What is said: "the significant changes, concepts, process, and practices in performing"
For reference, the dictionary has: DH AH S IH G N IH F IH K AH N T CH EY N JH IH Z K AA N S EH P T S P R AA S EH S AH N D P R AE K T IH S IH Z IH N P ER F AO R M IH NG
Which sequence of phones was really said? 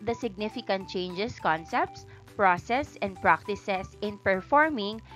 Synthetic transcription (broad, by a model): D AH S IH G N IH F IH K AH N T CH EY N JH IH S K AA N S EH P T S P R AA S EH S AH N D P R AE K T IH S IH S IH N P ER F AO R M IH NG